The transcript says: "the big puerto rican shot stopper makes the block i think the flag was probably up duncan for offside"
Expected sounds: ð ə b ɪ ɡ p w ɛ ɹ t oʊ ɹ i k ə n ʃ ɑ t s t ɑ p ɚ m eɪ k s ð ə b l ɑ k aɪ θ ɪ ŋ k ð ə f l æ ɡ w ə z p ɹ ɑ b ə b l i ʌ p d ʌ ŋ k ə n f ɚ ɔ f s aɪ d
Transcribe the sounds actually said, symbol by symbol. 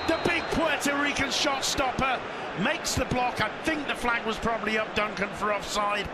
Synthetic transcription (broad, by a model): ð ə b ɪ ɡ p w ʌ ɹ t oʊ ɹ i k ə n ʃ ɑ t s t ɑ p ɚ m eɪ k s ð ə b l ɑ k aɪ θ ɪ ŋ k ð ə f l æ ɡ w ə z p ɹ ɑ b ə b l i ʌ p d ʌ ŋ k ə n f ɚ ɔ f s aɪ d